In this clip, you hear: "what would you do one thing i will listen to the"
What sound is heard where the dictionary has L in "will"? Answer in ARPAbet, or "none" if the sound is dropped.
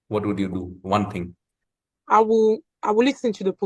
W